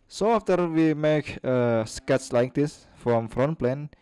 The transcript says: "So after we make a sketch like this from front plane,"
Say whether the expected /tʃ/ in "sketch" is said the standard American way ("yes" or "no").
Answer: no